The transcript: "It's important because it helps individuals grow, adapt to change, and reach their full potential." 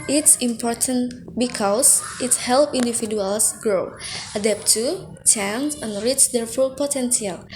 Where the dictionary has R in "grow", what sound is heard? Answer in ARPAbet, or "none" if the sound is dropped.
R